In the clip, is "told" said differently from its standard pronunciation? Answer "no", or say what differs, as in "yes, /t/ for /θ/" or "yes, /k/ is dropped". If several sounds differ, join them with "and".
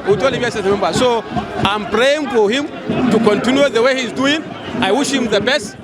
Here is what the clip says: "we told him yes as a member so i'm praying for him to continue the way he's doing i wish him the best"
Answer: yes, /d/ is dropped